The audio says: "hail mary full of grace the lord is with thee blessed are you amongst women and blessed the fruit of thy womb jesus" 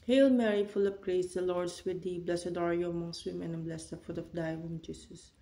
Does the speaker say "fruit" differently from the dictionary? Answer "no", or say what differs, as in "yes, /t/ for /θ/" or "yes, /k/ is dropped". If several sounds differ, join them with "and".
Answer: yes, /ɹ/ is dropped